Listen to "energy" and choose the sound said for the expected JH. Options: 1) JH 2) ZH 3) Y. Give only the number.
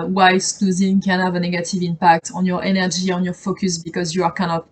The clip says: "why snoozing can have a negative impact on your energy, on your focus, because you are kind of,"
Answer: 2